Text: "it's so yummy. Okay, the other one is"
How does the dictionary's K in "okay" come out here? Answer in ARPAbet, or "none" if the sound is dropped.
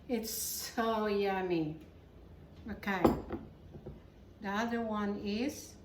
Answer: K